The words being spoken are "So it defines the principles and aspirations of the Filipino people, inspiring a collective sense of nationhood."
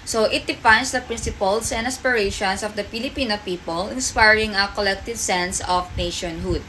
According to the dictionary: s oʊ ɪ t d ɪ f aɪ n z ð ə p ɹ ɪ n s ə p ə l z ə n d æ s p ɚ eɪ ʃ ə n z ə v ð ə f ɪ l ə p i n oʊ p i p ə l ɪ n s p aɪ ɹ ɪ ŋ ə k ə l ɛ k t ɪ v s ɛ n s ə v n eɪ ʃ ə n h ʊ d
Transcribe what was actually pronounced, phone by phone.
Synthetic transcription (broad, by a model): s oʊ ɪ t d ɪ f aɪ n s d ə p ɹ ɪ n s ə p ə l s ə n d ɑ s p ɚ eɪ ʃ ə n s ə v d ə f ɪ l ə p i n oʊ p i p ə l ɪ n s p aɪ ɹ ɪ ŋ ə k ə l ɛ k t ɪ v s ɛ n s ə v n eɪ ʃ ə n h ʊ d